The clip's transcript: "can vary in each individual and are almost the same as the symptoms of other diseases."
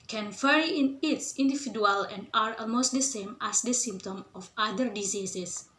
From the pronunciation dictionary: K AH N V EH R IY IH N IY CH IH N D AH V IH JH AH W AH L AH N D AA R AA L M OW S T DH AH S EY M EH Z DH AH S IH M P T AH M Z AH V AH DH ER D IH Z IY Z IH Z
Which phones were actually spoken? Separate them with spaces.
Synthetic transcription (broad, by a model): K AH N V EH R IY IH N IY S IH N D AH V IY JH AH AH L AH N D AA R AA L M OW S T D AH S EY M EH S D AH S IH M P T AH M AH F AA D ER D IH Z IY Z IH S